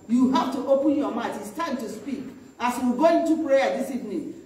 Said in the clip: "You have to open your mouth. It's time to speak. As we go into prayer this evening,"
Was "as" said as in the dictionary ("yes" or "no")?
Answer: no